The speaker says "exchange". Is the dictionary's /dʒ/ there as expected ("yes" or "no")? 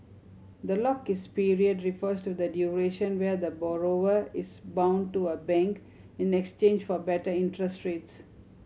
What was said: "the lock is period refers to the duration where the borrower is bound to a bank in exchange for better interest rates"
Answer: yes